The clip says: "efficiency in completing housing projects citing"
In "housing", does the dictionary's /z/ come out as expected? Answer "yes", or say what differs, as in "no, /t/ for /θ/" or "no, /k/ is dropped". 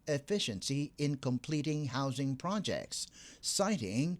yes